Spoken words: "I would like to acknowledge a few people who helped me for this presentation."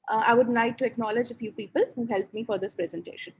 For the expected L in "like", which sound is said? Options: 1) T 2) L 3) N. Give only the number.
3